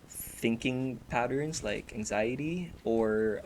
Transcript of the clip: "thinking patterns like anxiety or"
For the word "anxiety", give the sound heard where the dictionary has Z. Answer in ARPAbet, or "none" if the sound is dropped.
Z